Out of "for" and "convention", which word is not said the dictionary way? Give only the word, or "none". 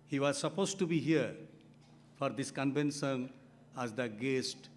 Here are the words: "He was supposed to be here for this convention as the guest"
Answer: convention